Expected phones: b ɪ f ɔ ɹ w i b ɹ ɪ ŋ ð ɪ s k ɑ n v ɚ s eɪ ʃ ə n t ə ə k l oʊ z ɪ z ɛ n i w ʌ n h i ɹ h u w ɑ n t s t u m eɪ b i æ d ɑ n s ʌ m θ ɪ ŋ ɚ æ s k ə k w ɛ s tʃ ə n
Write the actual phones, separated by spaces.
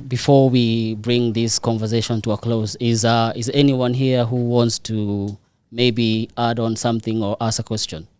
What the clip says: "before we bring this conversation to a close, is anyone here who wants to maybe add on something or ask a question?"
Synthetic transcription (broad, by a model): b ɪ f ɔ ɹ w i b ɹ ɪ ŋ ð ɪ s k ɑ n v ɚ s eɪ ʃ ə n t ə ə k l oʊ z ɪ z ɛ n i w ʌ n h i ɹ h u w ɑ n t s t u m eɪ b i æ d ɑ n s ʌ m θ ɪ ŋ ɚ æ s ə k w ɛ s tʃ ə n